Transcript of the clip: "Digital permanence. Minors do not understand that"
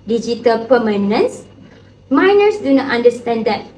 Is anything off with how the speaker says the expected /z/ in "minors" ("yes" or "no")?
yes